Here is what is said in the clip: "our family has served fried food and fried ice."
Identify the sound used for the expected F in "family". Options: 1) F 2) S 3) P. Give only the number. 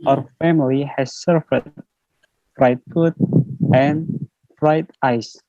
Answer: 1